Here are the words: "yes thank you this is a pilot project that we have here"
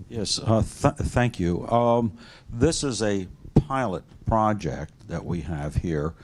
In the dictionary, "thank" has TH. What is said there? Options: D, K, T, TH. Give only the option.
TH